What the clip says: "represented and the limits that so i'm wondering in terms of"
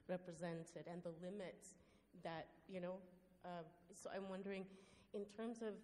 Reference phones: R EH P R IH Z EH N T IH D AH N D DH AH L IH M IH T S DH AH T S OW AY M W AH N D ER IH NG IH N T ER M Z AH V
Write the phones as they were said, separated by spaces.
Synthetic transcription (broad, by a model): R EH P R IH Z EH N T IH D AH N DH AH L IH M IH T S DH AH T S OW AY M W AH N D ER IH NG IH N T ER M Z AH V